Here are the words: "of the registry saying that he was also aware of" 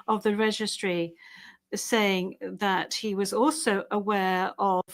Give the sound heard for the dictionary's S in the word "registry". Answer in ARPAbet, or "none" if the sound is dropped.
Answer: S